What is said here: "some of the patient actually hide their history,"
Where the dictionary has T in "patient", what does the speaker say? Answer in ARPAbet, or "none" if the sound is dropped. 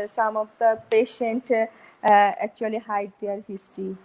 T